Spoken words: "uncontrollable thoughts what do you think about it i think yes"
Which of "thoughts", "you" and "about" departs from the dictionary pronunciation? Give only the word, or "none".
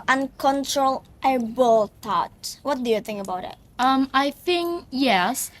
thoughts